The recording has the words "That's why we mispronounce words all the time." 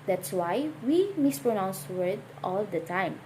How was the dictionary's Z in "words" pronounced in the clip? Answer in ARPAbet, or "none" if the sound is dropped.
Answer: none